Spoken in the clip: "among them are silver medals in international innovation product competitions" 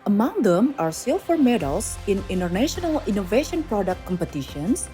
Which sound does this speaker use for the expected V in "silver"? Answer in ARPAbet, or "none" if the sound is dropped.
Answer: F